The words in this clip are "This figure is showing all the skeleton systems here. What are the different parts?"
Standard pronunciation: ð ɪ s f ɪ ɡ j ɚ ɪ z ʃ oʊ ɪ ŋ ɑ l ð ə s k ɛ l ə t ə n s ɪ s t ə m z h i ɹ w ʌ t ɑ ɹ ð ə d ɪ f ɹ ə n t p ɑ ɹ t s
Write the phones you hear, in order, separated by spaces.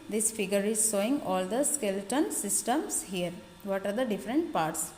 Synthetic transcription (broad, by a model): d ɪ s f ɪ ɡ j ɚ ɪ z s oʊ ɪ ŋ ɑ l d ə s k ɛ l t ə n s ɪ s t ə m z h i ɹ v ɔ t ɑ ɹ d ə d ɪ f ɹ ə n t p ɑ ɹ t s